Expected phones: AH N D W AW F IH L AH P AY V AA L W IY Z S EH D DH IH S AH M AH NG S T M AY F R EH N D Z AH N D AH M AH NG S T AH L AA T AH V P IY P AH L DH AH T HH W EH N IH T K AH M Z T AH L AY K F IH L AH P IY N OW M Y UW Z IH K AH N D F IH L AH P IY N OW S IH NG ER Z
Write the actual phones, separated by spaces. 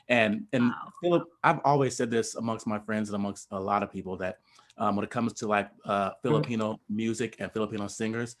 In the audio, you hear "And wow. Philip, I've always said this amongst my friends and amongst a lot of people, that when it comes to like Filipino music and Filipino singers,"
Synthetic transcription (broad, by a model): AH N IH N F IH L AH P AY V AA L W IY Z S EH D DH IH S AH M AH NG S T M AY F R EH N D Z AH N AH M AH NG S T AH L AA T AH V P IY P L DH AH T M W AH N IH T K AH M Z T AH L AY K F IH L AH P IY N OW M Y UW Z IH K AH N F IH L AH P IY N OW S IH NG ER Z